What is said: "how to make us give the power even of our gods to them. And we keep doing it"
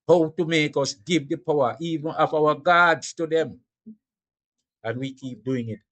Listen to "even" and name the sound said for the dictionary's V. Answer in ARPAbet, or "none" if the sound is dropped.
V